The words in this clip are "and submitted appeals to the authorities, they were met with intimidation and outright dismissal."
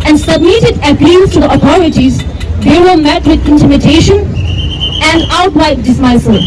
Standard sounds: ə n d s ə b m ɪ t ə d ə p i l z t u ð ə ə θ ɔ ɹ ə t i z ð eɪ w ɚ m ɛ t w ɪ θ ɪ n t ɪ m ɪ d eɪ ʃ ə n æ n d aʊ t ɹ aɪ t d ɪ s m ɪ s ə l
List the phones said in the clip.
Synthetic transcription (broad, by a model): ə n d s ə b m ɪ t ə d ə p i l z t u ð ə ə t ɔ ɹ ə t i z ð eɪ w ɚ m ɛ t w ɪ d ɪ n t ɪ m ɪ d eɪ ʃ ə n æ n d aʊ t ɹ aɪ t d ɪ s m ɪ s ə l